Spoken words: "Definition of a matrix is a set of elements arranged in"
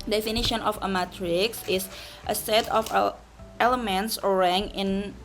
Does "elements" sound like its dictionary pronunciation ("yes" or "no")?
yes